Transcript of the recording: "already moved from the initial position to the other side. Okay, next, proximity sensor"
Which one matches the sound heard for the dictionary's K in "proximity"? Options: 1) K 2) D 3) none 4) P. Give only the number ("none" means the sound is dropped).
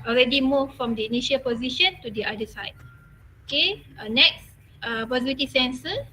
3